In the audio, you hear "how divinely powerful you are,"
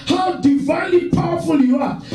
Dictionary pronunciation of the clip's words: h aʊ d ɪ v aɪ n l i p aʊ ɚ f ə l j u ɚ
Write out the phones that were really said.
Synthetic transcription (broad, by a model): h aʊ d ɪ v aɪ n l i p aʊ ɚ f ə l j u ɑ